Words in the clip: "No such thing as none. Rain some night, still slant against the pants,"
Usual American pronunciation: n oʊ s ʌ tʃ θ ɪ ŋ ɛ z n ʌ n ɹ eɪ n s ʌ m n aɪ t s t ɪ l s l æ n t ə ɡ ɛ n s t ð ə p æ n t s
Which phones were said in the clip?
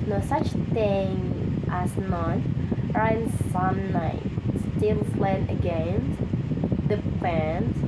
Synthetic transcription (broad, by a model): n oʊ s ʌ tʃ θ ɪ ŋ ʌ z n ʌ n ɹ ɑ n s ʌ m n aɪ t s t ɪ l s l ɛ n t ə ɡ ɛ n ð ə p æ n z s